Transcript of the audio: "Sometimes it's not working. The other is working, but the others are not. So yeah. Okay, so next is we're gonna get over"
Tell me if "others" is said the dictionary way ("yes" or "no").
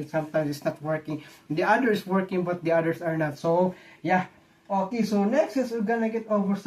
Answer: no